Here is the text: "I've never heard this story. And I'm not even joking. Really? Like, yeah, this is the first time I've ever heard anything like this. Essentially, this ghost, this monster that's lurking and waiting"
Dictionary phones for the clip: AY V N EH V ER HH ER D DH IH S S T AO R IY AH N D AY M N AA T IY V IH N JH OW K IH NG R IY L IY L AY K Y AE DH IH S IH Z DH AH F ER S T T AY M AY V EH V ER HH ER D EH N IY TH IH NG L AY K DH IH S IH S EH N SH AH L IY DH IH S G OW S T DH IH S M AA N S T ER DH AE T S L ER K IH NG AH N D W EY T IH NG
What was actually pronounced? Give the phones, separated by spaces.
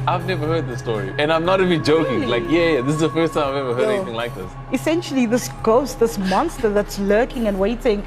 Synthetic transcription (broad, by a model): AY V N EH V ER HH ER D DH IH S S T AO R IY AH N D AY M N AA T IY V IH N JH OW K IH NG L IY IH K Y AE DH IH S IH Z DH AH F ER S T T AY M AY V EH V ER HH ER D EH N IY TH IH NG L AY K DH IH S IH S EH N SH AH L IY DH IH S G OW S T DH IH S M AA N S T ER DH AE T S L ER K IH NG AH N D W EY T IH NG